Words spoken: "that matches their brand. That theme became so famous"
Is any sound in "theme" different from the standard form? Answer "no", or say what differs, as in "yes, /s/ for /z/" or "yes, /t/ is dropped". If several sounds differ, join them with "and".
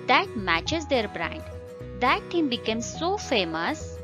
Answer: yes, /t/ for /θ/